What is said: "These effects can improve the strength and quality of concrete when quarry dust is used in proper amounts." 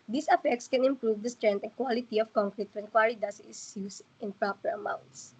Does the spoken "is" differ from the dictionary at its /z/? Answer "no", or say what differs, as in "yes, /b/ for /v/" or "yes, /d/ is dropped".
yes, /s/ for /z/